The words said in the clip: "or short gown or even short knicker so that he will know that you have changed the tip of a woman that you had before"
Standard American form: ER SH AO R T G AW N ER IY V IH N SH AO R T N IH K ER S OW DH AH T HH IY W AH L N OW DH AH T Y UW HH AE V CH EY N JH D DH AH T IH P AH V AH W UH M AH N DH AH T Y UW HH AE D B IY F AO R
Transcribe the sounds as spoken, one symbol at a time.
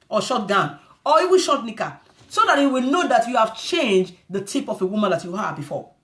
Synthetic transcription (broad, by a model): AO SH AO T G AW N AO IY W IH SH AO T N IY K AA S OW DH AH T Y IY W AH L N OW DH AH T Y UW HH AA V CH EY N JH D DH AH T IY P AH F AH W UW M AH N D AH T Y UW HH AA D B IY F AO